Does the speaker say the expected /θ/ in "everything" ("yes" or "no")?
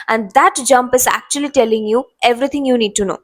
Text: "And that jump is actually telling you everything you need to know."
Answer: no